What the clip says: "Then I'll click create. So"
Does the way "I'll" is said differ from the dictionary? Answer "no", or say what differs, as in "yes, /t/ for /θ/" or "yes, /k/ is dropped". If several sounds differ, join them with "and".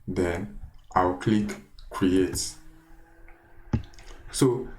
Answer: yes, /w/ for /l/